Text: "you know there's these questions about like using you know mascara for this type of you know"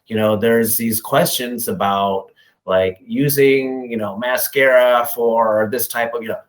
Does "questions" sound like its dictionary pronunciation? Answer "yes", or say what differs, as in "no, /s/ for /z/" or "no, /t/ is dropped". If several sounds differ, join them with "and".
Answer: yes